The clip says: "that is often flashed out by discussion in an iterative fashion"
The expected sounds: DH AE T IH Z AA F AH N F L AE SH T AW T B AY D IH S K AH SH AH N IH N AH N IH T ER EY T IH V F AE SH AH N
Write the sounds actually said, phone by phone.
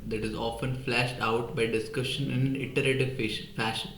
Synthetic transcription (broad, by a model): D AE T IH Z AA F AH N F L AE SH T AW T B AY D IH S K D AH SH IH N AH N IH T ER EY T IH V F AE SH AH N